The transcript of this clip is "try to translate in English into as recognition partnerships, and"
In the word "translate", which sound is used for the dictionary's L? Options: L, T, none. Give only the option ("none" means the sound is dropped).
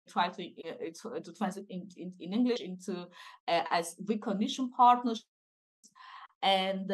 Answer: none